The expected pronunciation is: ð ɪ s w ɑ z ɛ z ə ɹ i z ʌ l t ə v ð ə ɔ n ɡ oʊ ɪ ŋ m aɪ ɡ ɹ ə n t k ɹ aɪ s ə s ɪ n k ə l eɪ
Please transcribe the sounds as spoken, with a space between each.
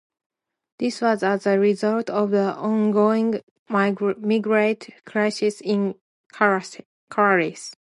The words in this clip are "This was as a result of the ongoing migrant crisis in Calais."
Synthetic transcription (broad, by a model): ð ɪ s w ɑ z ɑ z ə ɹ i z ʌ l t ə v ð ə ɔ n ɡ oʊ ɪ ŋ m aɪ ɡ ɹ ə t k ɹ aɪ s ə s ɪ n k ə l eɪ